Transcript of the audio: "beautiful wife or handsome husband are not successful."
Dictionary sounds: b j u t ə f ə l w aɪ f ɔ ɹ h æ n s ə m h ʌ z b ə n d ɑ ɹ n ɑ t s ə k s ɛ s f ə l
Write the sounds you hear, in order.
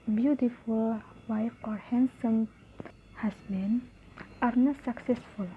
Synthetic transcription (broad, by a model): b j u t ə f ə l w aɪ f ɔ ɹ h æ n s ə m h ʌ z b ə n ɑ ɹ n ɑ s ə k s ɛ s f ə l